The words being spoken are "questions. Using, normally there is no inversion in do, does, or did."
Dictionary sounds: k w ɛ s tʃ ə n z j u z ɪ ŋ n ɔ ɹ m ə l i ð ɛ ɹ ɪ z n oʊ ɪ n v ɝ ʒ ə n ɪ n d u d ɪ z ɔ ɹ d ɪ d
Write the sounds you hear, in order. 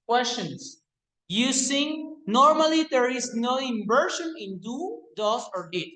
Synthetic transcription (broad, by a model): k w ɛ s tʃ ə n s j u s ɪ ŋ n ɔ ɹ m ə l i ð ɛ ɹ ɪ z n oʊ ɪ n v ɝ ʃ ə n ɪ n d u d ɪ s ɔ ɹ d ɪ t